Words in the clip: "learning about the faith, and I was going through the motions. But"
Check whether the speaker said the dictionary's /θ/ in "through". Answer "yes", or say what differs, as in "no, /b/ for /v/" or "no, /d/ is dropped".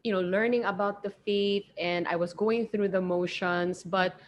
yes